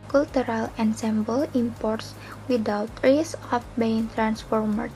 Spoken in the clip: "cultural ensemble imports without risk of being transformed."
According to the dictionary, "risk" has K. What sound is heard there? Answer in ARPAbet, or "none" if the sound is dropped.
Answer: none